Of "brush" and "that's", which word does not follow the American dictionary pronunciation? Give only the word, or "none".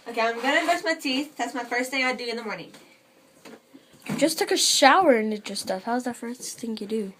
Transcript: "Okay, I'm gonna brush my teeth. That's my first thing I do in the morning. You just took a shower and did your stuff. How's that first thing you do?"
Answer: brush